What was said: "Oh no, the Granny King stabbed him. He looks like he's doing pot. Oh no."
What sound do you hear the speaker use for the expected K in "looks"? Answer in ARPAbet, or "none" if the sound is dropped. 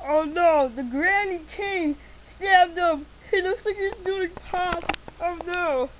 none